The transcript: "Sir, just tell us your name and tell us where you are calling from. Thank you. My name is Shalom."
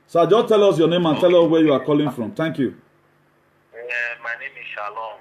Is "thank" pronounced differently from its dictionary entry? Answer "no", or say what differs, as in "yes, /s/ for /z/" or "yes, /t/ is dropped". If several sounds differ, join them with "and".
yes, /t/ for /θ/